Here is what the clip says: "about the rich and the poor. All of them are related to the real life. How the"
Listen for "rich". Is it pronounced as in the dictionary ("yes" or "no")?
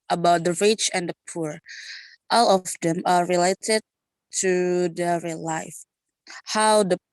yes